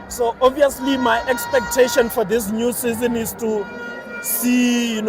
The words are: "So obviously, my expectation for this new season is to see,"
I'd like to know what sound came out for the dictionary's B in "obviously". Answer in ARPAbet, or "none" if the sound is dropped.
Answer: none